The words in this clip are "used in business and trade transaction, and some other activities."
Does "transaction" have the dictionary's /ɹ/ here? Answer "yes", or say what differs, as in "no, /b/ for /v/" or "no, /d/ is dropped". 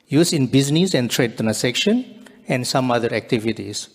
no, /ɹ/ is dropped